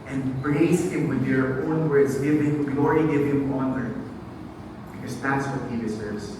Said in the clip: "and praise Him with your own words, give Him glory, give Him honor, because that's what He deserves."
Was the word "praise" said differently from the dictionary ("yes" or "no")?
yes